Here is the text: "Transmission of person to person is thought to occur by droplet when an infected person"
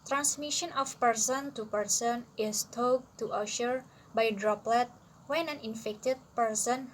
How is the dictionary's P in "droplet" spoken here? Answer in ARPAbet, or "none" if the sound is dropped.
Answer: P